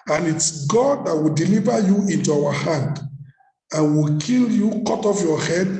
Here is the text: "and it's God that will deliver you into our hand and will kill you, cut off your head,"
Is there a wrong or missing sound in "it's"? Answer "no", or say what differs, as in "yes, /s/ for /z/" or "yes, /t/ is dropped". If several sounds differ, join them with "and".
no